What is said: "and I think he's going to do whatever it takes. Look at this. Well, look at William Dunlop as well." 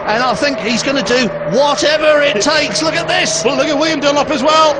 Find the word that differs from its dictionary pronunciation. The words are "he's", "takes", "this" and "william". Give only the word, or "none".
none